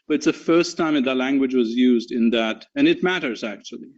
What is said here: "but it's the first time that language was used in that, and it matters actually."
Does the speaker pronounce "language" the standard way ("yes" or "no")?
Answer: yes